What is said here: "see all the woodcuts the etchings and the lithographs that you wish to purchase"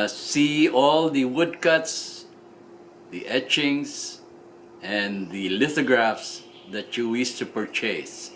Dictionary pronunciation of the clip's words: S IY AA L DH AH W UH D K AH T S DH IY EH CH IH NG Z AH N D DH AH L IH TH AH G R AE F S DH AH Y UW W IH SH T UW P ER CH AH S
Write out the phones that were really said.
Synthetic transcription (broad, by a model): S IY AA L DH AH W UH D K AH T S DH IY EH CH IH NG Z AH N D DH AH L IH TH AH G R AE F S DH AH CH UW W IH S T UW P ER CH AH S